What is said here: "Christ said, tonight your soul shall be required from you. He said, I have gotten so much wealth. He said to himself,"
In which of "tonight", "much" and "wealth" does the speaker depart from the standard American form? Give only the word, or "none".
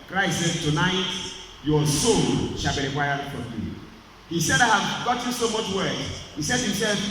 wealth